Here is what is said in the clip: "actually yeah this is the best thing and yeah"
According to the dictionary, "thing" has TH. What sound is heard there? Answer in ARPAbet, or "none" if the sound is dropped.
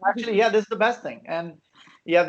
TH